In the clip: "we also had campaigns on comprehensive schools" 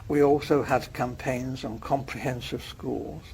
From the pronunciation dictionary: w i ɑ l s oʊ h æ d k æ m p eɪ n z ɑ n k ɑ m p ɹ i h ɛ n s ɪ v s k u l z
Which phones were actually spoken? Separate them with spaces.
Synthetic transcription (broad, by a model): w i ɑ l s oʊ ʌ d k æ m p eɪ n z n k ɑ m p ɹ i h ɛ n s ɪ v s k u l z